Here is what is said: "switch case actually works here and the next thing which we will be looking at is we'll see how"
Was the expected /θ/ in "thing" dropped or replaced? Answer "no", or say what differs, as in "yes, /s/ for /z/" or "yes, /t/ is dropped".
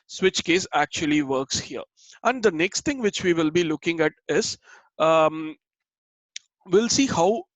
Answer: yes, /t/ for /θ/